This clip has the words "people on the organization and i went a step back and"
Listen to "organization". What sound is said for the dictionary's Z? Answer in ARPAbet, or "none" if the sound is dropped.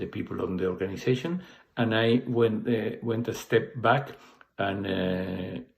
S